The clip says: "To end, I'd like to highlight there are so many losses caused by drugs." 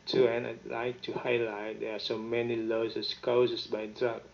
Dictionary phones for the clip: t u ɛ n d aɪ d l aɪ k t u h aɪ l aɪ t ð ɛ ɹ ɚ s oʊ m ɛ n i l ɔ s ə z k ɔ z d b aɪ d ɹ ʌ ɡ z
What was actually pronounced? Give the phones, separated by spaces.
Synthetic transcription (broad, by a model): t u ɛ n aɪ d l aɪ k t u h aɪ l aɪ t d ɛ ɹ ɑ s oʊ m ɛ n i l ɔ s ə s k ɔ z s b aɪ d ɹ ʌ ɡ